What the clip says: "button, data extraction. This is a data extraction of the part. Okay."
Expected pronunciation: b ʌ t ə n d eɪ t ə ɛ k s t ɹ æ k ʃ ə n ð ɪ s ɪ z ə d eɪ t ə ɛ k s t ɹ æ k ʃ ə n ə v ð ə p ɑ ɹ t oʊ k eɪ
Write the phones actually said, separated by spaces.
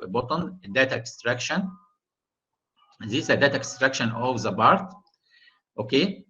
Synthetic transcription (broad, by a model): b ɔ t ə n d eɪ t ɛ k s t ɹ æ k ʃ ə n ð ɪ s ə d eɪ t ɛ k s t ɹ æ k ʃ ə n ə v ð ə b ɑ ɹ t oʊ k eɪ